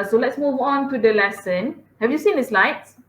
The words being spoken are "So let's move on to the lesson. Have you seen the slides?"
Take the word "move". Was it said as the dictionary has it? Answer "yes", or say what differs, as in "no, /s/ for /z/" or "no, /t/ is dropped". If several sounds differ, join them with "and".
yes